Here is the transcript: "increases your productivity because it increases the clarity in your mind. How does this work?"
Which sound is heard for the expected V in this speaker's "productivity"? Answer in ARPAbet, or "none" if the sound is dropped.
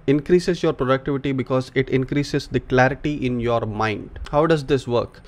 V